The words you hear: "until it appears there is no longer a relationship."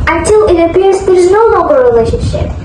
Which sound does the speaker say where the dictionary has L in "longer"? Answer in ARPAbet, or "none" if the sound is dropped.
N